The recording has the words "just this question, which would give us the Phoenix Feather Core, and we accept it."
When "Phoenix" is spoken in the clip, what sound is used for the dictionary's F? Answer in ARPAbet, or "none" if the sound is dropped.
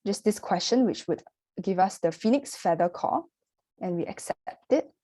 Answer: F